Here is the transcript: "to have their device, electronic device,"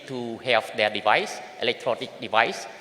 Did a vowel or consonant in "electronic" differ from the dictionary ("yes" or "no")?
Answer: no